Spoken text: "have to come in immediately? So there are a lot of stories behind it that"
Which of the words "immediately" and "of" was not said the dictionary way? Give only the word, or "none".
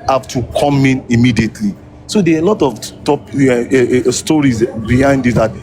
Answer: of